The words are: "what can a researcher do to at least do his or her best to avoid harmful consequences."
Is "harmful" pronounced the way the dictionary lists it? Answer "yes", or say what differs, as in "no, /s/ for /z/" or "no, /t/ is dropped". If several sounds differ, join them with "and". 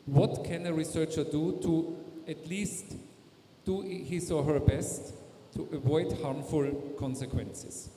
yes